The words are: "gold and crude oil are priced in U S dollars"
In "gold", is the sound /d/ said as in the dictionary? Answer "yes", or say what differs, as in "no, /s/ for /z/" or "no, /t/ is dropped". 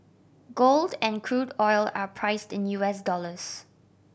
yes